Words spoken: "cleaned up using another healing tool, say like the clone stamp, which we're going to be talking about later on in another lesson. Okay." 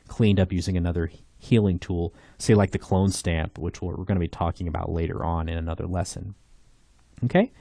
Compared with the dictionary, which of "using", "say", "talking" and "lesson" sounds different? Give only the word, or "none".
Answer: none